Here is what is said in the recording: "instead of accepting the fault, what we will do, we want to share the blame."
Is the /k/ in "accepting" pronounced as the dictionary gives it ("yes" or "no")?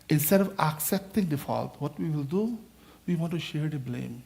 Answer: yes